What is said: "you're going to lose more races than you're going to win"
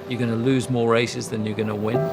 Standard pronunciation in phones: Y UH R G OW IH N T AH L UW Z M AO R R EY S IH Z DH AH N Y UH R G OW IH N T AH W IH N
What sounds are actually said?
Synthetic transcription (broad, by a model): Y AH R G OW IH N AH L UW Z M AO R R EY S IH Z DH AH N Y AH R G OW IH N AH W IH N